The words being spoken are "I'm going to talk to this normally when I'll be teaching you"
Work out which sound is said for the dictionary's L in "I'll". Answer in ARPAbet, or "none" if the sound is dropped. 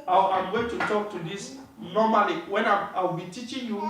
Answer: W